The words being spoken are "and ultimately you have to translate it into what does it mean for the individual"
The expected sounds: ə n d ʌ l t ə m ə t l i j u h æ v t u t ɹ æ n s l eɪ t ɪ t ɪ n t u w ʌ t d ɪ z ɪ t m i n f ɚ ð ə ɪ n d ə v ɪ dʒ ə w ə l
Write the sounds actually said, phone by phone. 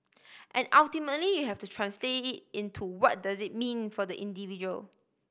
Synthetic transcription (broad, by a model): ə n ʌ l t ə m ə t l i j u h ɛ f t u t ɹ æ n s l eɪ t ɪ t ɪ n t u w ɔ t d ɪ z ɪ t m i n f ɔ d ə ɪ n d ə v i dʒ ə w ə l